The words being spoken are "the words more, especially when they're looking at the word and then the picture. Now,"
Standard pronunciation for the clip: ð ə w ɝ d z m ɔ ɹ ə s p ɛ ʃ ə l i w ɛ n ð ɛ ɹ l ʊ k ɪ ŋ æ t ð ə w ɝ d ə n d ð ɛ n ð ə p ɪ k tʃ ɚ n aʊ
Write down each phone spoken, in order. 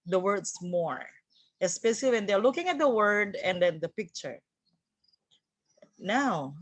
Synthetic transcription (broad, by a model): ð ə w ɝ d s m ɔ ɹ ə s p ɛ ʃ ə l i w ɛ n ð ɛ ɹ l ʊ k ɪ ŋ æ t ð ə w ɝ d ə n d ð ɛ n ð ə p ɪ k tʃ ɚ n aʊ